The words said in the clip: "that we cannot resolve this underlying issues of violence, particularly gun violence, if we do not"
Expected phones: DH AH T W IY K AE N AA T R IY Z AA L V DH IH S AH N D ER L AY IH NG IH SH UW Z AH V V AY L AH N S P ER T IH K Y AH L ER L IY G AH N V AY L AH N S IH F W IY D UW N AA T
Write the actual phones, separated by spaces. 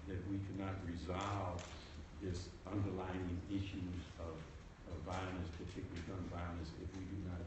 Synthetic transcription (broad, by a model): DH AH T W IY K AE N AA T R IY Z AA L V DH IH S AH N D ER L AY IH NG IH SH UW Z AH V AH AY N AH S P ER T IH K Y L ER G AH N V AY N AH S IH F W IY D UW N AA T